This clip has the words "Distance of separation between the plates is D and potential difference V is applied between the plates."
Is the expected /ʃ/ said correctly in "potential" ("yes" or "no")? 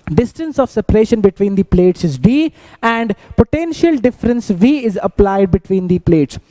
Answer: yes